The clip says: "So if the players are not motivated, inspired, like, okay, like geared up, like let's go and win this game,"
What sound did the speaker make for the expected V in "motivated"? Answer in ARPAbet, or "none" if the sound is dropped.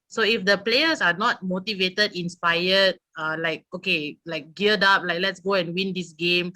V